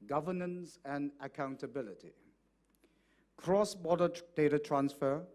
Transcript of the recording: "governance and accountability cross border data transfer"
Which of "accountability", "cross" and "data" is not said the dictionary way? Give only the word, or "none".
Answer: none